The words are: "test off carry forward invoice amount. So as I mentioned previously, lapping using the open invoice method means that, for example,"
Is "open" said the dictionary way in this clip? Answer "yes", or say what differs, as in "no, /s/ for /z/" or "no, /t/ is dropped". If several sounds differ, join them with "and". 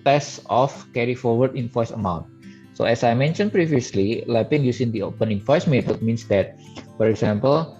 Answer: yes